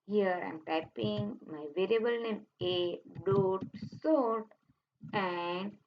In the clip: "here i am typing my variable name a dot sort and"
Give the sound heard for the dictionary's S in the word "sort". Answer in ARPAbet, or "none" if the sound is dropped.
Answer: S